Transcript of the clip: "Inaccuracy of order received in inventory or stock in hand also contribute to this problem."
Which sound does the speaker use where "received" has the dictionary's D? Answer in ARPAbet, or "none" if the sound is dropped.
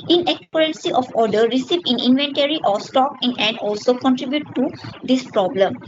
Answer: none